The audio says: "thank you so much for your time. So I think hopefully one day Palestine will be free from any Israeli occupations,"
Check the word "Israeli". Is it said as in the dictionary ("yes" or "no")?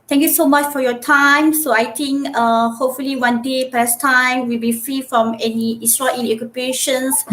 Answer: no